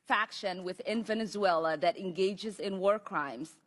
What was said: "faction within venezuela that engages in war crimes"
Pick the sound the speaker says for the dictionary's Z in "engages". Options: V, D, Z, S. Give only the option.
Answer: Z